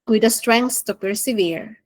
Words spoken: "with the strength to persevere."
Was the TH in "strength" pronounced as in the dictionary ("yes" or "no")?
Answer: no